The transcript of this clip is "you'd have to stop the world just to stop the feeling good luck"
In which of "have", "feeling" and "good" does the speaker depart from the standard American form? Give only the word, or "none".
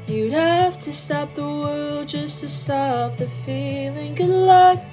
have